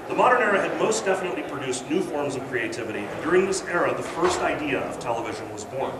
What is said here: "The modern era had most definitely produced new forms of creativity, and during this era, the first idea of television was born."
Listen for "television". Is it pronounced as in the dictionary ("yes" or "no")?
yes